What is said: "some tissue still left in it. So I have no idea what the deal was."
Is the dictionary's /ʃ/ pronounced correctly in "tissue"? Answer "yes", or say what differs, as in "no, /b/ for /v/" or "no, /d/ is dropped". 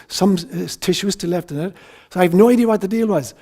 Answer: yes